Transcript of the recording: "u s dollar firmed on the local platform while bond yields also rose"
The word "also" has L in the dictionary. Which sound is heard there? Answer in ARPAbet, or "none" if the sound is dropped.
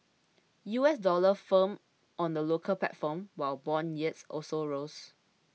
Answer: L